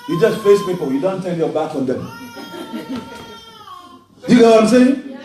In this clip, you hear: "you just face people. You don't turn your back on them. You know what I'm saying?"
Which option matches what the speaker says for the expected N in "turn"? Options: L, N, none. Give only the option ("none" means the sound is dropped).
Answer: L